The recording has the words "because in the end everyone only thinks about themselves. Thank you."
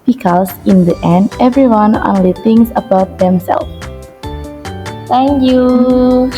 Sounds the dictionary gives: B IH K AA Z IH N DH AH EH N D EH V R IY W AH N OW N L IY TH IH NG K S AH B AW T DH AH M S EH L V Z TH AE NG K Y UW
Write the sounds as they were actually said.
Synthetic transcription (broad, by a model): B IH K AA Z IH N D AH EH N D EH V R IY W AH N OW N L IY T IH NG S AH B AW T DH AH M S EH L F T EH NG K Y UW